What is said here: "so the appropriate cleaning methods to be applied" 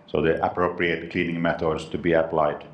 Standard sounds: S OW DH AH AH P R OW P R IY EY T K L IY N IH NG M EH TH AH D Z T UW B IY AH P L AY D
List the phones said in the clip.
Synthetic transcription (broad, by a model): S OW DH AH AH P R OW P R IY EY T K L IY N IH NG M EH T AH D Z T UW B IY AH P L AY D